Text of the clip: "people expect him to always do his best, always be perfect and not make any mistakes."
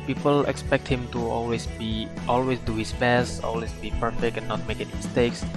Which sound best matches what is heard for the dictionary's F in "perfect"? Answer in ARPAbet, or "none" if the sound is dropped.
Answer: F